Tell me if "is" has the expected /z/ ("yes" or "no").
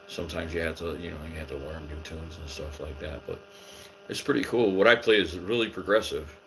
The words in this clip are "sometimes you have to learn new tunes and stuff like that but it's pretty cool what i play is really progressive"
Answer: yes